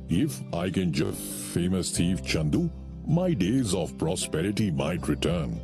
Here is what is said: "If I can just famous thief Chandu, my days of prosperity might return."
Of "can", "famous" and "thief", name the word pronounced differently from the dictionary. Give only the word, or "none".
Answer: thief